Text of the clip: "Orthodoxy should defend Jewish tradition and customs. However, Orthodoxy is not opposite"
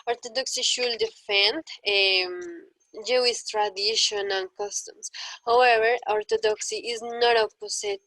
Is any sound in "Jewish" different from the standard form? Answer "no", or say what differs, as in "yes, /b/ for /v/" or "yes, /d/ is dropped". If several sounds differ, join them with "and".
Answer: yes, /s/ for /ʃ/